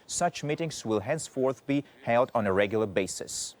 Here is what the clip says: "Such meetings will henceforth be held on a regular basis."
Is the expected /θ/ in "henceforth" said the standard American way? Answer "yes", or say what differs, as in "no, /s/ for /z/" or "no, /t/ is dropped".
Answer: yes